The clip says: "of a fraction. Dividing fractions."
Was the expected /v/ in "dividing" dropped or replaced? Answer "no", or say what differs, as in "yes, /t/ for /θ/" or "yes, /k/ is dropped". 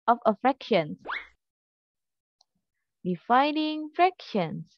yes, /f/ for /v/